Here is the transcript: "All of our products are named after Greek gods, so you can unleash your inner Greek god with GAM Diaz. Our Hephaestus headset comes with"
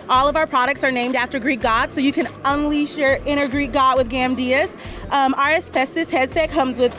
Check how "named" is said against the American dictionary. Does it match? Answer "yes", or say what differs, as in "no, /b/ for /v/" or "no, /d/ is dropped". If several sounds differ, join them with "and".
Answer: yes